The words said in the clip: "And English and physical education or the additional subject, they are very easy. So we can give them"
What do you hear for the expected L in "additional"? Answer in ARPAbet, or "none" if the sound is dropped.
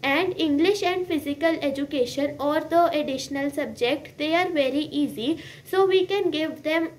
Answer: L